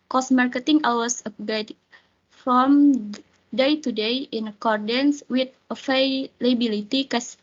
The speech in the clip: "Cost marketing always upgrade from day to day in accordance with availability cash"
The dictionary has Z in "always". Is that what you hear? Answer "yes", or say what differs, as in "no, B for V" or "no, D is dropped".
no, S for Z